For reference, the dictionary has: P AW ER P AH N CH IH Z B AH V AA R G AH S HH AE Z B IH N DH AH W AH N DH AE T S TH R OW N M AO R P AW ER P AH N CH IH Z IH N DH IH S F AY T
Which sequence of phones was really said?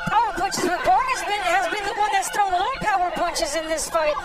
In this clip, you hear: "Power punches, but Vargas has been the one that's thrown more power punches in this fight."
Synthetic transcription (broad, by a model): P AW ER P AH N CH IH Z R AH B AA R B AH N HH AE Z B IH N DH AH W AH N DH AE T S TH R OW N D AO L P AW ER P AH N CH IH Z IH N DH IH S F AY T